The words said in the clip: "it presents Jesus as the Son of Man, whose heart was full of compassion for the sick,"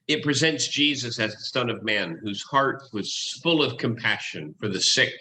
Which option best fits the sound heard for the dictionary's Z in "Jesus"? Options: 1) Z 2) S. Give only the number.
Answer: 1